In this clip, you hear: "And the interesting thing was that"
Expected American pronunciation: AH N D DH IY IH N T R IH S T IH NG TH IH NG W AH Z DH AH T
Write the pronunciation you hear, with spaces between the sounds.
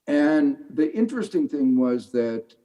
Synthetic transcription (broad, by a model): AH N DH IY IH N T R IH S T IH NG TH IH NG W AH Z DH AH T